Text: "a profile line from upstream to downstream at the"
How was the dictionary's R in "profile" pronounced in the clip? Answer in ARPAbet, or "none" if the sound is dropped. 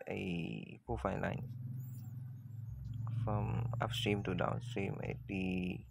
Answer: none